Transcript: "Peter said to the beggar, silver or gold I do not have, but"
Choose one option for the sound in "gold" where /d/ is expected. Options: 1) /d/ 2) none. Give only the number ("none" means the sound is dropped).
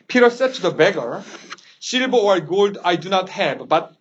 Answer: 1